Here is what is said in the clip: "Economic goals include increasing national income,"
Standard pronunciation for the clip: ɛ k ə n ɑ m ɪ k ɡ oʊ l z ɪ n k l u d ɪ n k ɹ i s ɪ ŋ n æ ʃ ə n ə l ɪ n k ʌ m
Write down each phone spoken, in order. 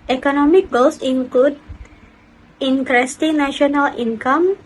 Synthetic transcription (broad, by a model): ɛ k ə n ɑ m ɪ k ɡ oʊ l s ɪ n k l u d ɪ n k ɹ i s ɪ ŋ n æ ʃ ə n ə l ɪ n k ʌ m